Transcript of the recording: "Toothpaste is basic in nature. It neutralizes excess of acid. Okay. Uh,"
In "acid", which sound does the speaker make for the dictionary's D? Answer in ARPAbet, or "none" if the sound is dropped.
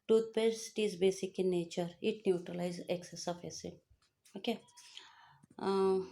none